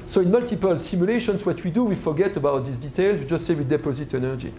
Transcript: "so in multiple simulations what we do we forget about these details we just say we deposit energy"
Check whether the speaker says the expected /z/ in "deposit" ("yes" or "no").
yes